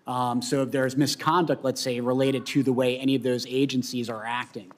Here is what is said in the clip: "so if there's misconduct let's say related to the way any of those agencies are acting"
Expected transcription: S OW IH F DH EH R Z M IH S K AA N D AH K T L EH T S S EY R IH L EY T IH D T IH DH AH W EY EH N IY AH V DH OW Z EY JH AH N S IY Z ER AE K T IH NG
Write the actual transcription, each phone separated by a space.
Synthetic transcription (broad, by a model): S OW IH F DH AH R Z M IH S K AA N D AH K T L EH T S S EY R IH L EY T IH D T IH DH AH W EY EH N IY AH V DH OW Z EY JH AH N S IY Z ER AE K T IH NG